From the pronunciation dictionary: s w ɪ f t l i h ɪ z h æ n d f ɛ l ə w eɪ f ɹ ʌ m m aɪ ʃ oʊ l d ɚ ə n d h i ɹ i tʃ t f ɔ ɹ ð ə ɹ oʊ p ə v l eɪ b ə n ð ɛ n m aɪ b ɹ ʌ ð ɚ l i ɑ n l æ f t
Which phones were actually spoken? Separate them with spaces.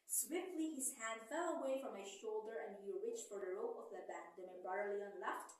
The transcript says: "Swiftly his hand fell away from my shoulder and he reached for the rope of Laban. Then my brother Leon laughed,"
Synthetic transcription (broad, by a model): s w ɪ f t l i h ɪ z h æ n d f ɛ l ə w eɪ f ɹ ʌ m m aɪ ʃ oʊ l d ɚ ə n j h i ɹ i tʃ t f ɔ ɹ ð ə ɹ oʊ p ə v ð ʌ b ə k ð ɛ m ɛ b ɑ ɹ l i ɑ n l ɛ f t